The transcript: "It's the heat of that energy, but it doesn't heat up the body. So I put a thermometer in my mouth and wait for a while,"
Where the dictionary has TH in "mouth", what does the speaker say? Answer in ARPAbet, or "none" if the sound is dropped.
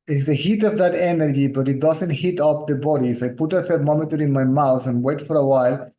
T